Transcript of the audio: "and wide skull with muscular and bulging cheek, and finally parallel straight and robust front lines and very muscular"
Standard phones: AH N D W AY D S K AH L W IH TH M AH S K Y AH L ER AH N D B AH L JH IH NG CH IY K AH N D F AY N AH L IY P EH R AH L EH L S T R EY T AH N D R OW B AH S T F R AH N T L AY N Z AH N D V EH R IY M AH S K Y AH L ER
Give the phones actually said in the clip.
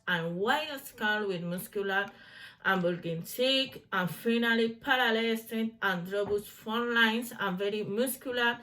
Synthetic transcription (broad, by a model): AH N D W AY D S K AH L W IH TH M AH S K Y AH L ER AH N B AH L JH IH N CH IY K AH N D F AY N AH L IY P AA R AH L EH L S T EY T AH N D R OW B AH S F AH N L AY N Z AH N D V EH R IY M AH S K Y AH L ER